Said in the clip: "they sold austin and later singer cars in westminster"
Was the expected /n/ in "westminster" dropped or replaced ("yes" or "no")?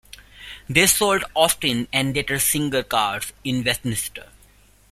yes